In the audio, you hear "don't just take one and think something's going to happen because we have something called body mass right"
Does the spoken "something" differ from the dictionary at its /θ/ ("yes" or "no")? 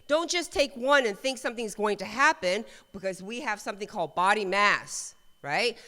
no